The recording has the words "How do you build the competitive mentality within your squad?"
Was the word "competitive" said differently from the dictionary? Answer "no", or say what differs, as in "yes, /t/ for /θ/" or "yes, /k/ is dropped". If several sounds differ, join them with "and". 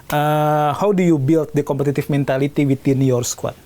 yes, /f/ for /v/